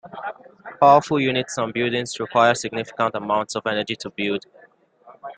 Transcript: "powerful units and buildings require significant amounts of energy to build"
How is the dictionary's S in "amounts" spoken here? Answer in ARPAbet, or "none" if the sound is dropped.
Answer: S